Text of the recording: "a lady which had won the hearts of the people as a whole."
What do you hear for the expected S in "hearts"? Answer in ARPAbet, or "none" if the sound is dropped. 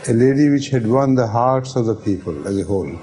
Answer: S